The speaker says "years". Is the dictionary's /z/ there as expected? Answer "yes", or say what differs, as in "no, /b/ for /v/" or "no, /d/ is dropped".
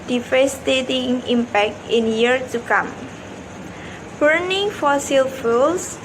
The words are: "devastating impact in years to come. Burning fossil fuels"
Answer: no, /z/ is dropped